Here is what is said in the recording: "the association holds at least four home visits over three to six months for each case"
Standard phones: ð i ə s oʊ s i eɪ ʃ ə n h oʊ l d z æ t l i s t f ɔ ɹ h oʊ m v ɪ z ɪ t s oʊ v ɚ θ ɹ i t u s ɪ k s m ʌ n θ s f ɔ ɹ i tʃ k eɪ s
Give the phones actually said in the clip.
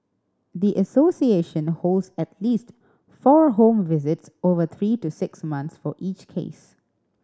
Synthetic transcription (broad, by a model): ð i ə s oʊ s i eɪ ʃ ə n h oʊ l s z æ t l i s t f ɔ ɹ h oʊ m v ɪ z ɪ t s oʊ v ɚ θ ɹ i t u s ɪ k s m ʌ n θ s f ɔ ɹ i tʃ k eɪ s